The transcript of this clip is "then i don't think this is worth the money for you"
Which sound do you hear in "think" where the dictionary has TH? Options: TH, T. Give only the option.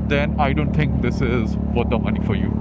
T